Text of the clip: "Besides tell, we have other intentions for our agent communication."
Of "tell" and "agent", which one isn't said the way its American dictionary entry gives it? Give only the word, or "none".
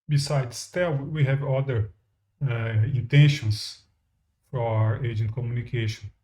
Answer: none